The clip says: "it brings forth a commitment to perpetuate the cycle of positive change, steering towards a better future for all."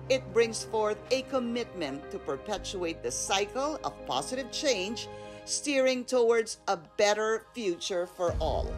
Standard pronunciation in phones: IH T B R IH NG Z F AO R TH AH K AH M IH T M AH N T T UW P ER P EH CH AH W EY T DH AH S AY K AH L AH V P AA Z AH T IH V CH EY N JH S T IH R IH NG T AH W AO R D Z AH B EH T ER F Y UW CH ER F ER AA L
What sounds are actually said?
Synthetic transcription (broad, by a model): IH T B R IH NG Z F AO R TH AH K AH M IH T M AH N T T UW P ER P EH CH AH EY T DH AH S AY K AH L AH V P AA Z AH T IH V CH EY N JH S T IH R IH NG T AH W AO R D Z AH B EH T ER F Y UW CH ER F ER AA L